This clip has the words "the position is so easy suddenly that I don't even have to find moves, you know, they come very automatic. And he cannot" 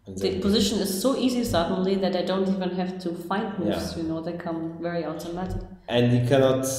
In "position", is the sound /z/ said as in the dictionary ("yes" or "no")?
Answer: yes